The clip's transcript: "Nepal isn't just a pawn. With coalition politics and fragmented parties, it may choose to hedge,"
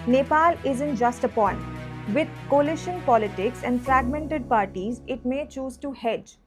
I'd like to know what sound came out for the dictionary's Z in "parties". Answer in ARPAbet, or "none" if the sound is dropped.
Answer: Z